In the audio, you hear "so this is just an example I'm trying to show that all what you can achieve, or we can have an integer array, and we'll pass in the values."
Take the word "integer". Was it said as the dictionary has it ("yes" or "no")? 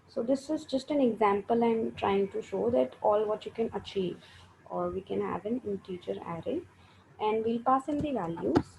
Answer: no